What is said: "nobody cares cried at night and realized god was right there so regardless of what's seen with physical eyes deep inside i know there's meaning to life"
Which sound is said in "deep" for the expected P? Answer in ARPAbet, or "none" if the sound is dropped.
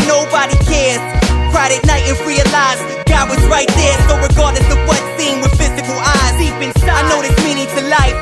B